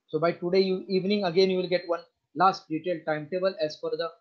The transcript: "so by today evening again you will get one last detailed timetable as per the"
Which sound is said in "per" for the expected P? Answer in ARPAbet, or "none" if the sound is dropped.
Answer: F